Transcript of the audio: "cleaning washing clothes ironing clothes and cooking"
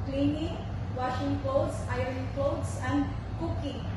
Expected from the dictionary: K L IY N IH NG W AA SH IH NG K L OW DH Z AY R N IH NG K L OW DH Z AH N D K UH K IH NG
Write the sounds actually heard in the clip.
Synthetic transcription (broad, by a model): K L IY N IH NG W AA SH IH NG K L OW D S AY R IH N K L OW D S AH N D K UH K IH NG